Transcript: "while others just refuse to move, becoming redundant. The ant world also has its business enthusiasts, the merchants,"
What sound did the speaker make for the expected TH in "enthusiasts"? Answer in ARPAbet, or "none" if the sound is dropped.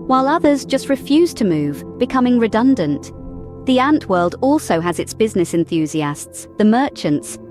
TH